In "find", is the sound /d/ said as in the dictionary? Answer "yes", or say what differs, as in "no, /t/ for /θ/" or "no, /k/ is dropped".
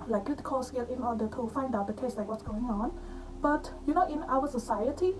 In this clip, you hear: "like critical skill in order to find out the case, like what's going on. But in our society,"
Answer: yes